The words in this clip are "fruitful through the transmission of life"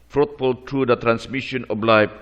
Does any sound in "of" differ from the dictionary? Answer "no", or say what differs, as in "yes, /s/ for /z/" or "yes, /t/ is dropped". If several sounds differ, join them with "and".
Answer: yes, /b/ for /v/